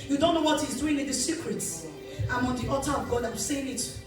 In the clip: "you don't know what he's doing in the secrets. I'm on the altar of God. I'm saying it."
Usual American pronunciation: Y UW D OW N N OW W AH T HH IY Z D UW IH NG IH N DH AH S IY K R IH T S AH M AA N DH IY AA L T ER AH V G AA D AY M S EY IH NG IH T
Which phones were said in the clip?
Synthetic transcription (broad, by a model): Y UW D OW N N OW W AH T HH IY Z D UW IH NG IH N DH AH S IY K R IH T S AH M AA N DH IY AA T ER AH V G AA D AY M S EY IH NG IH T